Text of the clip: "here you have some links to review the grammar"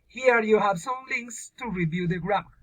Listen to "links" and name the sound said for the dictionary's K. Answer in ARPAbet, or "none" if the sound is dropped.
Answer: K